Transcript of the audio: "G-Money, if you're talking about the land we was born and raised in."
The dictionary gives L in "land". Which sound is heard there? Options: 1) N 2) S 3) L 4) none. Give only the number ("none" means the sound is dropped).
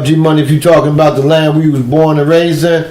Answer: 3